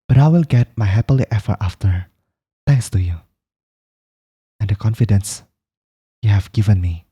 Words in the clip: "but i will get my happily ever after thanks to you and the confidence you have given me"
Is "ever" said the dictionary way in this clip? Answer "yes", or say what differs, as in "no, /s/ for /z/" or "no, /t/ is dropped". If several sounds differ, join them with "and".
no, /f/ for /v/